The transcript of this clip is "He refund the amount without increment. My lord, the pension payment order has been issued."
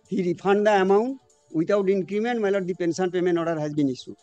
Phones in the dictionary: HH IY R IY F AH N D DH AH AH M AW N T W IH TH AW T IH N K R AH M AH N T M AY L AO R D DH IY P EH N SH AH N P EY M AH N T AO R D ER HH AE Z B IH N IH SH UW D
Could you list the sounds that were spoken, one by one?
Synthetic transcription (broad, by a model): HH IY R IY P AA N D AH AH M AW N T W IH T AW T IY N K R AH M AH N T M AY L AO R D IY P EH N S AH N P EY M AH N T AO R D HH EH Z B IH N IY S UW